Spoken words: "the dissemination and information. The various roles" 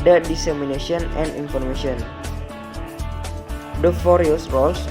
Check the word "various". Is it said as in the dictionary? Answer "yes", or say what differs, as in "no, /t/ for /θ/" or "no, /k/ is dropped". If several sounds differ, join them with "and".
no, /f/ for /v/